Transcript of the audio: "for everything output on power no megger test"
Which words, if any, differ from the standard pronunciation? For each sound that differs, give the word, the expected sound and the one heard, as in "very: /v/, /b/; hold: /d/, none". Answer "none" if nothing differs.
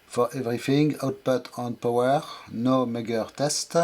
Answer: everything: /θ/, /f/